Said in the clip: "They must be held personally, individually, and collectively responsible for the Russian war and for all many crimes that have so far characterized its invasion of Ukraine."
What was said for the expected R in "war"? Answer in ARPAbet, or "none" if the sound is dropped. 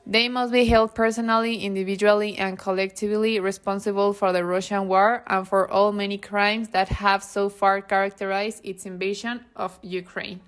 R